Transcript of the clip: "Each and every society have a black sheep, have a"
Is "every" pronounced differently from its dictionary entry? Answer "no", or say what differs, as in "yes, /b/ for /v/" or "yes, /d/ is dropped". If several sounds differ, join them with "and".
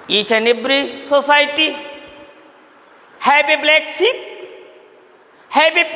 yes, /b/ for /v/